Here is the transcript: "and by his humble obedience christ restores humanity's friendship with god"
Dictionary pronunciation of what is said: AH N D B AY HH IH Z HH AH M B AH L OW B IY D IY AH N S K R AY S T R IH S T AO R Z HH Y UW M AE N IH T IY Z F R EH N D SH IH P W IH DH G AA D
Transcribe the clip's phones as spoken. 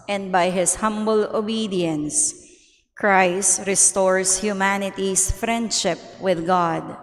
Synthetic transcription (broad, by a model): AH N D B AY HH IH S HH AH M B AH L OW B IY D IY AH N S K R AY S T R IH S T AO R S HH Y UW M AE N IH T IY S F R EH N D SH IH P W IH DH G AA D